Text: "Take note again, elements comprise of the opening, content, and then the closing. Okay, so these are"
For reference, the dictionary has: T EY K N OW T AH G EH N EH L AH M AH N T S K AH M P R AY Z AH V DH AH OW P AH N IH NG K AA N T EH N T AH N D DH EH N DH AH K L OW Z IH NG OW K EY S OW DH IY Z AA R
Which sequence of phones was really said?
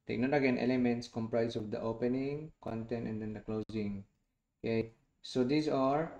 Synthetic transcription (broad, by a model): T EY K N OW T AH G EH N EH L AH M AH N T S K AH M P R AY S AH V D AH OW P AH N IH NG K AA N T EH N T AH N D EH N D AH K L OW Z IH NG OW K EY S OW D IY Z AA R